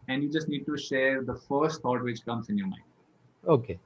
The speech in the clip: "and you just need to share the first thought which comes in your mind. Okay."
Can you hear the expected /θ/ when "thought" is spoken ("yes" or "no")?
no